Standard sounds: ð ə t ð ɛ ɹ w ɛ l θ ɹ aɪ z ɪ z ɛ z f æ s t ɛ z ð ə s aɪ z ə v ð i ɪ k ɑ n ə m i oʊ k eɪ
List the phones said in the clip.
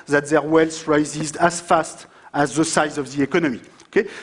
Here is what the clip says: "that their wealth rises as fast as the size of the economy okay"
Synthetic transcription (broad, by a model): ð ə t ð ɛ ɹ w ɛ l s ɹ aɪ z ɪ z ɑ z f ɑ s t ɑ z ð ə s aɪ z ə v ð i ɪ k ɑ n ə m i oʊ k eɪ